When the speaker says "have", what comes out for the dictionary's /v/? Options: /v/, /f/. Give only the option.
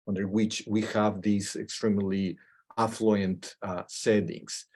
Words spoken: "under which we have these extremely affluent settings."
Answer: /v/